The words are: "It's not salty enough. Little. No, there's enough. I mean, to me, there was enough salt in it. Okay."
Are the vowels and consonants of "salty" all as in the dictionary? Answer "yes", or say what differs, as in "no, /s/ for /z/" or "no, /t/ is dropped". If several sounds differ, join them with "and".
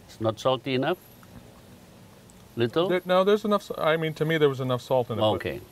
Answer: yes